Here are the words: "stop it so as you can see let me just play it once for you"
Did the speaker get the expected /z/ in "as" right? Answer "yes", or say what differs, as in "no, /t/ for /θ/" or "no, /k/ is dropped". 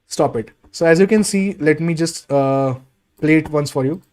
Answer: yes